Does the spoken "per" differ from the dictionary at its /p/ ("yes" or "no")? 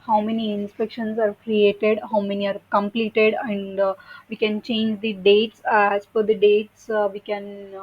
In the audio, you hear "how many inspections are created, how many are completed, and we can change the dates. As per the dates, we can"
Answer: yes